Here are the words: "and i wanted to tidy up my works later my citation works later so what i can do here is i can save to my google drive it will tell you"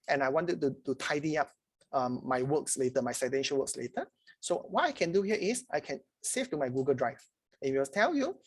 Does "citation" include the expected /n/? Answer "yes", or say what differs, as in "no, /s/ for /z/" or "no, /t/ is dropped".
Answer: no, /l/ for /n/